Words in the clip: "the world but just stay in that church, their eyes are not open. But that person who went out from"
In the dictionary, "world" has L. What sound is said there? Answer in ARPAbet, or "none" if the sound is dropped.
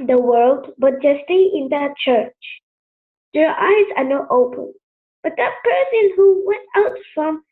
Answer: L